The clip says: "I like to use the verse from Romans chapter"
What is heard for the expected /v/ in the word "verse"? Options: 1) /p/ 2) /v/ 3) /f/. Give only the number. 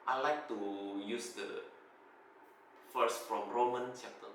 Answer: 3